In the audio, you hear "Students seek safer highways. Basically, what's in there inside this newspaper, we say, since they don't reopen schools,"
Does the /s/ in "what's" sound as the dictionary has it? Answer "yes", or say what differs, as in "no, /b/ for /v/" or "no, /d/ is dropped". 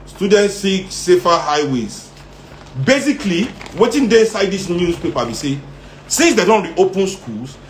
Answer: no, /s/ is dropped